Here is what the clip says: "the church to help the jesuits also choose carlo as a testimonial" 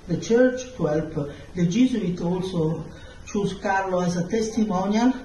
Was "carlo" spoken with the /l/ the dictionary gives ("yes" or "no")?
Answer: yes